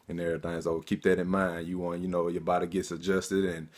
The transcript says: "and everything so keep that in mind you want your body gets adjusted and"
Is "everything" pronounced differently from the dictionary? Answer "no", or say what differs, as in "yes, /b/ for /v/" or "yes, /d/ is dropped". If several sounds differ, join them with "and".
yes, /v/ is dropped and /t/ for /θ/